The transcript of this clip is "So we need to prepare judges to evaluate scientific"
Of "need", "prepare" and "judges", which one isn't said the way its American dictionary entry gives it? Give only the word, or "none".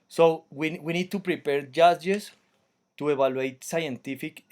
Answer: judges